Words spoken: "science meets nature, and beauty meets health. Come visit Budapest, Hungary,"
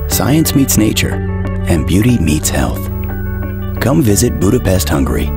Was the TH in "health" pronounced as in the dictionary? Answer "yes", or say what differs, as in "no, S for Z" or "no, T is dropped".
yes